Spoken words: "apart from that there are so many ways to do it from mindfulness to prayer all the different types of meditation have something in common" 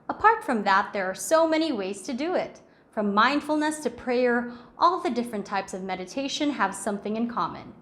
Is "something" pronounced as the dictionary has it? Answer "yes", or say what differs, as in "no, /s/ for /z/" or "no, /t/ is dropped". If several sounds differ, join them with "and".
yes